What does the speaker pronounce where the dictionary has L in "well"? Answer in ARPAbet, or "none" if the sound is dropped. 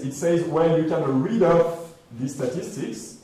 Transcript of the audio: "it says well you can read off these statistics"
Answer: N